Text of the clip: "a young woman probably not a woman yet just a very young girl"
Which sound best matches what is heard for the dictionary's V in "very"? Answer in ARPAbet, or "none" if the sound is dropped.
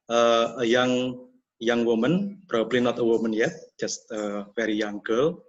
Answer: F